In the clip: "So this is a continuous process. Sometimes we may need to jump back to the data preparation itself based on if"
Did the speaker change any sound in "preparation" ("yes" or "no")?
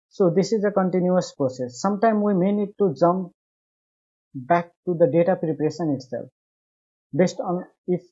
yes